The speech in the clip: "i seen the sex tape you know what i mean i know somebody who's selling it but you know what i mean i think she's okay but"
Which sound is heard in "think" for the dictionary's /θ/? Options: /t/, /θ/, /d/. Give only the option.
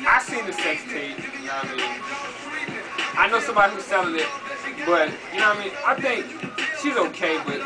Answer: /θ/